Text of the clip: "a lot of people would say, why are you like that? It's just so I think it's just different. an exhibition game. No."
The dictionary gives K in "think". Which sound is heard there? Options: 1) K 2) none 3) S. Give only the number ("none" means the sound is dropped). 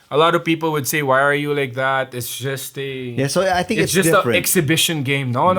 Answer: 2